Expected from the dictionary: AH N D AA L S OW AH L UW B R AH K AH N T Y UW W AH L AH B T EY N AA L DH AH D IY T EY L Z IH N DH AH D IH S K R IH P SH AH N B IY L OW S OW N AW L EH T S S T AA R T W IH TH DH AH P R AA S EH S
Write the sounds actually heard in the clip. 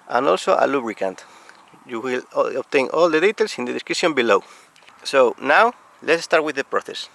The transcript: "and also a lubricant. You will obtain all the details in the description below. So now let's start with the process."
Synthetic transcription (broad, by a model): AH N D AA L S OW AH L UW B R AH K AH N T Y UW W AH L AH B T EY N AA L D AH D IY T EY L S IH N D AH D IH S K IH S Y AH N B IY L OW S OW N AW L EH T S S T AA R T W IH DH AH P R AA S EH S